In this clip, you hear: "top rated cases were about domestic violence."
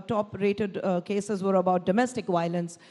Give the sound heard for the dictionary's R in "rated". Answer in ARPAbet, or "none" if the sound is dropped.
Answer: R